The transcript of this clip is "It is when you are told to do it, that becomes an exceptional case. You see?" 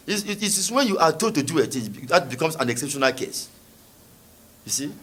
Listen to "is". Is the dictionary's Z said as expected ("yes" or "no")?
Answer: no